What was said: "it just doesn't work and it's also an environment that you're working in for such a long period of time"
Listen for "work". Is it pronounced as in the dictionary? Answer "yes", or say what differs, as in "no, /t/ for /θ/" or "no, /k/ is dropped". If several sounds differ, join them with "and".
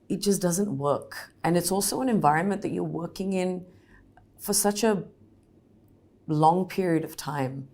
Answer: yes